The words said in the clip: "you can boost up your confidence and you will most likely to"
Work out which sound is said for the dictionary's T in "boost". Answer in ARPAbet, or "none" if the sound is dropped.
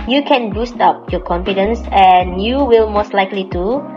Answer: T